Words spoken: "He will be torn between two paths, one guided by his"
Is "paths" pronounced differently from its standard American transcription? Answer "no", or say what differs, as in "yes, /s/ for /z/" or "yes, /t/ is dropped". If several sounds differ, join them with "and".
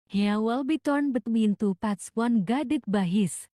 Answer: yes, /t/ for /θ/